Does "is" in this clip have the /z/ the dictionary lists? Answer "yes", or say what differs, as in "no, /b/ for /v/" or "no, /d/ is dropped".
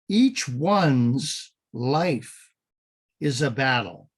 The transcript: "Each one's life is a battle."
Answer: yes